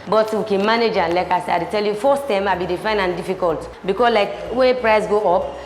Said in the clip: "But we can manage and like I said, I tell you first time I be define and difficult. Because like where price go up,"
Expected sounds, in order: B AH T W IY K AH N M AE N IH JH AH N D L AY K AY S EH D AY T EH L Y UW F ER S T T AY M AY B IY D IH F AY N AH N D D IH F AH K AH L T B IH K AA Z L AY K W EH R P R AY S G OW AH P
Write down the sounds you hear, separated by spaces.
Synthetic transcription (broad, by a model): B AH T W IY K AH N M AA N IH JH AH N L AY K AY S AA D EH T EH L Y UW F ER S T T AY M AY B IY D IH F AY N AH N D D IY F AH K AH L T B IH K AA S L AY K W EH P R AY S G OW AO P